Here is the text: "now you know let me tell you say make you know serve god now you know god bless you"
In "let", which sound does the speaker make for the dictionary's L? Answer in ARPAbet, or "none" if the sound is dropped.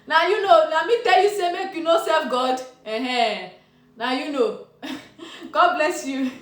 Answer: N